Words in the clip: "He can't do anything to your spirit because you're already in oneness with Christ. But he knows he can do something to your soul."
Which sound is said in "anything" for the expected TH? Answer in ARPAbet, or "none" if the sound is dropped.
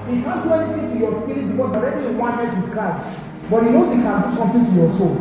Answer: T